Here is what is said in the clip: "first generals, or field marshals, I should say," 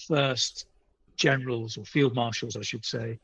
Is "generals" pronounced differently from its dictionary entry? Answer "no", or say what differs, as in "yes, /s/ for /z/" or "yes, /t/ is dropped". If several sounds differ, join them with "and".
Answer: no